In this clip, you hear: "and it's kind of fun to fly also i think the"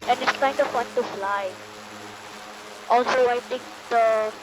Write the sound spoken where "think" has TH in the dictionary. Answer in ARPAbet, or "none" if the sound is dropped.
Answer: T